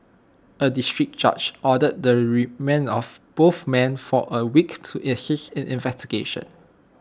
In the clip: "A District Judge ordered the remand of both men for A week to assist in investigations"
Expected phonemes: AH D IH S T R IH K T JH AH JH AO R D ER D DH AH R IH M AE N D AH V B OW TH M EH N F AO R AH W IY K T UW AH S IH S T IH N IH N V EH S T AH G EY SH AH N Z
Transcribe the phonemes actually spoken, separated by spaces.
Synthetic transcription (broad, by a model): AH D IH S T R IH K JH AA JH AO D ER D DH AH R M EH N AH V B OW TH M EH N F AO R AH W IY K T UW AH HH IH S IH N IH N V EH S T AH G EY SH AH N